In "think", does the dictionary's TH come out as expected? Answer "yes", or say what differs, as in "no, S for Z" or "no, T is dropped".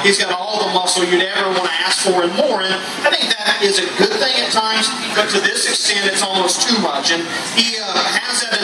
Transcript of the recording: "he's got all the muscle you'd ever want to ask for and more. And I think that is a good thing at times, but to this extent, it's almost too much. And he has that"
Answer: yes